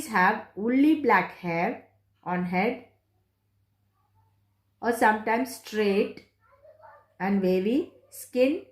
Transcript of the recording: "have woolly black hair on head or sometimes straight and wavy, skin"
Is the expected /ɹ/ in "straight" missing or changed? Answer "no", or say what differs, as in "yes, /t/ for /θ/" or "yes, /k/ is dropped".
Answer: no